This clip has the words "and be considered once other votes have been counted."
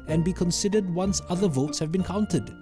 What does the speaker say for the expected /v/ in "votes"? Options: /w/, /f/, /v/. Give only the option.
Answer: /v/